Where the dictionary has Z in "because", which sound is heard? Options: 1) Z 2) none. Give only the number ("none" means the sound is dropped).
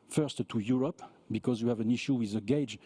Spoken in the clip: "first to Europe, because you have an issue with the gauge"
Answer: 1